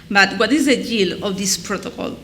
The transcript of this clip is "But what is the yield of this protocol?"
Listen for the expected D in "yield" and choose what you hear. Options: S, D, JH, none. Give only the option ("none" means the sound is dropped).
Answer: none